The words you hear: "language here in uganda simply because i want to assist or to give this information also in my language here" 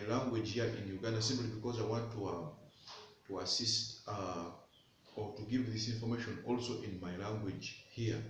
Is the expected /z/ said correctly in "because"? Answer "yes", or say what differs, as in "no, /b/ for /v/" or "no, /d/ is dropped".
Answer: yes